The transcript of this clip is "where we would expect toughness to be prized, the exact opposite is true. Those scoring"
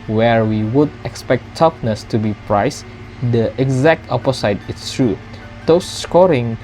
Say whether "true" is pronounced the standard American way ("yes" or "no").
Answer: yes